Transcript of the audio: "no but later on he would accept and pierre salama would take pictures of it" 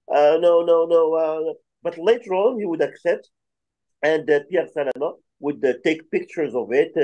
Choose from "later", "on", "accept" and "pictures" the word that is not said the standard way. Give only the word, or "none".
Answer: on